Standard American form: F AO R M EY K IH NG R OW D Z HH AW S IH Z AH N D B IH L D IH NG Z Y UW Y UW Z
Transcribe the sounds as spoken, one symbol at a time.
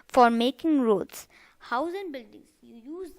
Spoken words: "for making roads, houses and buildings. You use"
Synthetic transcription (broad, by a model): F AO R M EY K IH NG R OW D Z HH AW IH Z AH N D B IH L D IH NG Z Y UW Y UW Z